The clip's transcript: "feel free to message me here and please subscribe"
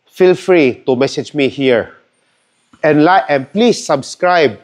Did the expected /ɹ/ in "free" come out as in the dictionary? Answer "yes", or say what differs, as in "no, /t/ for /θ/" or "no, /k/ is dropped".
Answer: yes